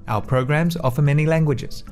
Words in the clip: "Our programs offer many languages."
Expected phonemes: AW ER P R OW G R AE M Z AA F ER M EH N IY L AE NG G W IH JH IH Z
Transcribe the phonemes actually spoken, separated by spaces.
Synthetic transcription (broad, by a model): AW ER P R OW G R AE M Z AA F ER M EH N IY L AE NG G W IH JH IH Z